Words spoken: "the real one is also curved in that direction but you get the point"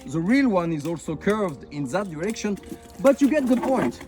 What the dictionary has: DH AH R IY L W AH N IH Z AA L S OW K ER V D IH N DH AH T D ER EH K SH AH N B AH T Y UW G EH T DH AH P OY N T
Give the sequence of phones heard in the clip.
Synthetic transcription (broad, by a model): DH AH R IY L W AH N IH Z AA L S OW K ER V D IH N DH AH T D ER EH K SH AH N B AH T Y UW G EH T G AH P OY N T